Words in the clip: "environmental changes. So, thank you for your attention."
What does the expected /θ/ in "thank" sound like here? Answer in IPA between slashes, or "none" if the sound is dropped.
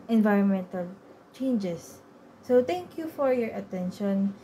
/t/